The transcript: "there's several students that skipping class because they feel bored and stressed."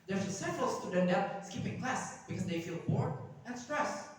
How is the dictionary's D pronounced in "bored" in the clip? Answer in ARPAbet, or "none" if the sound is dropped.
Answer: none